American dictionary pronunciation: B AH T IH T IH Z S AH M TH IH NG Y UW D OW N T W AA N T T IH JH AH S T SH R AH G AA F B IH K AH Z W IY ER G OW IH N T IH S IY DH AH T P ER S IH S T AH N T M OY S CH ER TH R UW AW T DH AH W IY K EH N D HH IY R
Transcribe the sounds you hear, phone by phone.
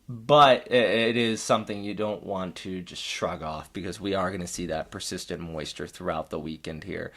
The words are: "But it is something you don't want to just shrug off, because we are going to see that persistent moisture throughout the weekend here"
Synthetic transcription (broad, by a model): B AH T IH T IH Z S AH M TH IH NG Y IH D OW N T W AA N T T IH JH AH S T SH R AH G AA F B IH K AH Z W IY ER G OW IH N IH S IY DH AH T P ER S IH S T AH N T M OY S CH ER TH R UW AW T DH AH W IY K EH N D HH IY R